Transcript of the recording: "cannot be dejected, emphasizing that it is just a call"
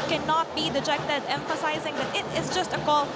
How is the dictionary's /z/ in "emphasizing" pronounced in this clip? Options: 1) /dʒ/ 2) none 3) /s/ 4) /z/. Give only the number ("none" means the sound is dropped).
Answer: 4